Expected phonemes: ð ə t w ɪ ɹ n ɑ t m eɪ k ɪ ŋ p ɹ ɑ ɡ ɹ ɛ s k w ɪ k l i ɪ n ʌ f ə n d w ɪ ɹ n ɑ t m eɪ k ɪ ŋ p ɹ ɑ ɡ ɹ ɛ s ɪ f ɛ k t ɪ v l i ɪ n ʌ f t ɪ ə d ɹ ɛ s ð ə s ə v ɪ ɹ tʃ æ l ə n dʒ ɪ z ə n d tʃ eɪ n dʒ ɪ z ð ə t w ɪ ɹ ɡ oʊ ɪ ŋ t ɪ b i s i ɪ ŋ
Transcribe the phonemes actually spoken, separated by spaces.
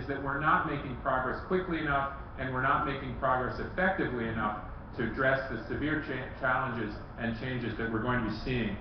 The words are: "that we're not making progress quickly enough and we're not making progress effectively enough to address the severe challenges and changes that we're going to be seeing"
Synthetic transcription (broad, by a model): ð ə t w ɪ ɹ n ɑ t m eɪ k ɪ ŋ p ɹ ɑ ɡ ɹ ɛ s k w ɪ k l i ɪ n ʌ f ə n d w ɪ ɹ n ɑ t m eɪ k ɪ ŋ p ɹ ɑ ɡ ɹ ɛ s ɪ f ɛ k t ɪ v l i ɪ n ʌ f t ɪ ə d ɹ ɛ s ð ə s ə v ɪ ɹ tʃ æ l ə n dʒ ɪ z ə n tʃ eɪ n dʒ ɪ z ð ə t w ɪ ɹ ɡ oʊ ɪ ŋ t ɪ b i s i ɪ ŋ